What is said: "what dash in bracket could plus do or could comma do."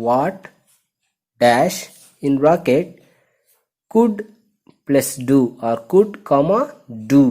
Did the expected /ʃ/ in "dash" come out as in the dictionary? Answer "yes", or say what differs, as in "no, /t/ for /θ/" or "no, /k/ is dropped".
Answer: yes